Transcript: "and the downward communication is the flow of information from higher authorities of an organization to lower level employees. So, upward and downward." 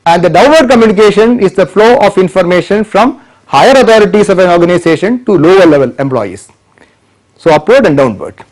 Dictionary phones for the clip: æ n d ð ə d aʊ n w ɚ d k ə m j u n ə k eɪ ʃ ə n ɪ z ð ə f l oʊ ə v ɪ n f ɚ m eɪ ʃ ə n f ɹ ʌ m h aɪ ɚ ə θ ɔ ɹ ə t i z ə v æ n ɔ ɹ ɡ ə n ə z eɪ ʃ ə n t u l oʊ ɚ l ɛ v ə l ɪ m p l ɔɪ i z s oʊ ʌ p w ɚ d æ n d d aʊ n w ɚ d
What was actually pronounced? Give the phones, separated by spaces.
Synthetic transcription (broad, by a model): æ n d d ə d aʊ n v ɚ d k ə m j u n ə k eɪ ʃ ə n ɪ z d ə f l oʊ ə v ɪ n f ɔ m eɪ ʃ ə n f ɹ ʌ m h aɪ ɚ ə t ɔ ɹ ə t i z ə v æ n ɔ ɹ ɡ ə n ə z eɪ ʃ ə n t u l oʊ ɚ l ɛ v ə l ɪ m p l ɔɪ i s s oʊ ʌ p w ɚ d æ n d d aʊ n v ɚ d